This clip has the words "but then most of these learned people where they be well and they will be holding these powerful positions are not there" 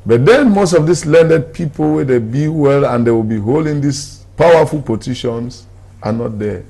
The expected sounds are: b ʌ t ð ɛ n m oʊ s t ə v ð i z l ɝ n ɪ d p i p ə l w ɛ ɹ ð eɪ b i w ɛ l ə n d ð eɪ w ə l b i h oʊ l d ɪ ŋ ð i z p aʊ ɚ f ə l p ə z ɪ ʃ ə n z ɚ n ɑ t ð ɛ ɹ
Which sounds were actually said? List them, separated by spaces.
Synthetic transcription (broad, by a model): b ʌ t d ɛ n m oʊ s t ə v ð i s l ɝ n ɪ d p i p ə l w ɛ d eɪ b i w ɛ l ə n d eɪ w ə l b i h oʊ l d ɪ ŋ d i s p aʊ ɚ f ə l p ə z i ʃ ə n s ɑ n ɑ t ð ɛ